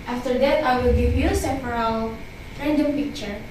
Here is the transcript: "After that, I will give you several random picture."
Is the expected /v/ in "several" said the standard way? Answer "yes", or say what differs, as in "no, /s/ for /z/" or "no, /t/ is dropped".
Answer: no, /p/ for /v/